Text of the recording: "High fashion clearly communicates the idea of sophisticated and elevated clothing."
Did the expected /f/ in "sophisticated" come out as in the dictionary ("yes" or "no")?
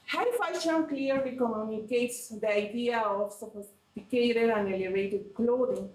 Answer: no